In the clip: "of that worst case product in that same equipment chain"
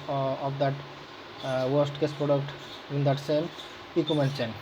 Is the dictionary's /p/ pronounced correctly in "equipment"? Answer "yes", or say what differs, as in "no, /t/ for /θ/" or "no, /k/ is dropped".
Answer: no, /p/ is dropped